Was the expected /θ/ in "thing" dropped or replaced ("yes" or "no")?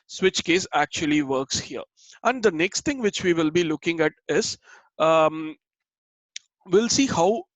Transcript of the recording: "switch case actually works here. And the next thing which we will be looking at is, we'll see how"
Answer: yes